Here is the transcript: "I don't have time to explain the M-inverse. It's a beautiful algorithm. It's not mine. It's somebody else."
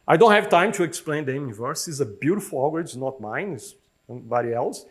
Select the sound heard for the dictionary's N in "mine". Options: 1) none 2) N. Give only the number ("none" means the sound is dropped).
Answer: 2